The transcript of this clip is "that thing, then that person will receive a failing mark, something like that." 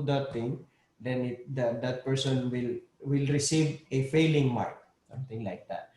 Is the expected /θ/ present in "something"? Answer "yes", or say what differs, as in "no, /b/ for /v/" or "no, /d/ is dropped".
no, /t/ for /θ/